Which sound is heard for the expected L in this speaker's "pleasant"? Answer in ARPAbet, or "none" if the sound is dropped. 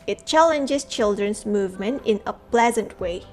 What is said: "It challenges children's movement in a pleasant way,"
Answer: L